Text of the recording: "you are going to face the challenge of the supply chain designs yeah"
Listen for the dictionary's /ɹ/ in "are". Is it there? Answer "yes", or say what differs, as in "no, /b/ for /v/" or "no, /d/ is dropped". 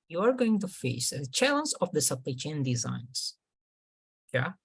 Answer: yes